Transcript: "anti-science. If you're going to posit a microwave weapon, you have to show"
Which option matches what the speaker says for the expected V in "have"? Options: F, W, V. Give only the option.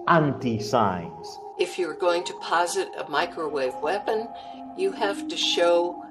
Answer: F